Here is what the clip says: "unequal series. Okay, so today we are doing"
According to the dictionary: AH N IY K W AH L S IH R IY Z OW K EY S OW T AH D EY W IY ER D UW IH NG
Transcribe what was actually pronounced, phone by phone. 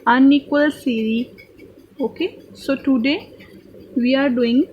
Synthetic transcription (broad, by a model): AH N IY K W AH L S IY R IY OW K EY S OW T AH D EY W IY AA D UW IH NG